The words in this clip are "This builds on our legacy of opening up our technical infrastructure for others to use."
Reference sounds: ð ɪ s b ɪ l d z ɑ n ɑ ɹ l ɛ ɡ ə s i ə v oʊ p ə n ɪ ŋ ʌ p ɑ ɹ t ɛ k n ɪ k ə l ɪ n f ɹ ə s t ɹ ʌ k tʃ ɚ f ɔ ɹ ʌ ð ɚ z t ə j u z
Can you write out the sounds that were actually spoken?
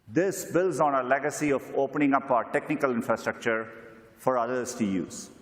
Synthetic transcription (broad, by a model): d ɪ s b ɪ l d z ɑ n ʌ l ɛ ɡ ə s i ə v oʊ p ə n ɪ ŋ ʌ p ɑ t ɛ k n ɪ k ə l ɪ n f ɹ ə s t ɹ ʌ k tʃ ɚ f ɔ ɹ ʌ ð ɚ s t ə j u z